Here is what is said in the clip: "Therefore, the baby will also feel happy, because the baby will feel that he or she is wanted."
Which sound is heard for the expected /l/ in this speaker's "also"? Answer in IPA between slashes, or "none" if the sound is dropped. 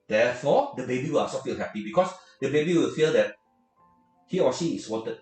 none